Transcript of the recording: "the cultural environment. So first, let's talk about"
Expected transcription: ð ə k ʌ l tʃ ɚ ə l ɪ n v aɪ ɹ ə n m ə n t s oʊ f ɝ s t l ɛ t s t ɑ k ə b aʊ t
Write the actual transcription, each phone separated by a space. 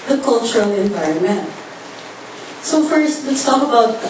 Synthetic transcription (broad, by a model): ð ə k ʌ l tʃ ɚ ə l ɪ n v aɪ ɹ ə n m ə n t s oʊ f ɝ s t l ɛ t s t ɑ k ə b aʊ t